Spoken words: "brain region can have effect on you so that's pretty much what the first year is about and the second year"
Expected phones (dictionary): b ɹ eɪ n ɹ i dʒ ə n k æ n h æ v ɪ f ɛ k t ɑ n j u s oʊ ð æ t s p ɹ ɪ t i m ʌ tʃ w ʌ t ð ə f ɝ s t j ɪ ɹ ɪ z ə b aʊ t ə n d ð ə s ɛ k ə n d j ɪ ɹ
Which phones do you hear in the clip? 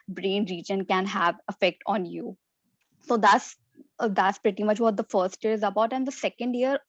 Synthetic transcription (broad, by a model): b ɹ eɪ n ɹ i dʒ ə n k æ n h æ v ɪ f ɛ k t ɑ n j u s oʊ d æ t s p ɹ ɪ t i m ʌ tʃ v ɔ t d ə f ɝ s t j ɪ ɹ ɪ z ə b aʊ t ə n d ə s ɛ k ə n d j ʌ ɹ